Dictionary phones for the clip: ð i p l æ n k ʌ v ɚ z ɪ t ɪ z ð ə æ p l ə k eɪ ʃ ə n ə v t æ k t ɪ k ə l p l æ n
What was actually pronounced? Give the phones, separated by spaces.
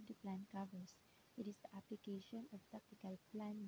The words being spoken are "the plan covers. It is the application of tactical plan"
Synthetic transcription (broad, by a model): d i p l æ n k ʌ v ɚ s ɪ t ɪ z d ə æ p l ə k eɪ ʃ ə n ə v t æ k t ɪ k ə l p l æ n